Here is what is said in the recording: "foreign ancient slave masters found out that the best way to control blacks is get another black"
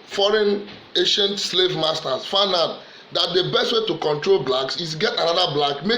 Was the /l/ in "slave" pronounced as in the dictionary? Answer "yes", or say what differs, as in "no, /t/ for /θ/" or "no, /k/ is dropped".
yes